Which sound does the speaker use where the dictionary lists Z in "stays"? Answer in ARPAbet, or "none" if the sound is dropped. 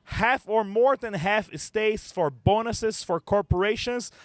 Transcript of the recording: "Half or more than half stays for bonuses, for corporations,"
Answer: S